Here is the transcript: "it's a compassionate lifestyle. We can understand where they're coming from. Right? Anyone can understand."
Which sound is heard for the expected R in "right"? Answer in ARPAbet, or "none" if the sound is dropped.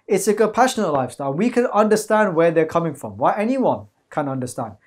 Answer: W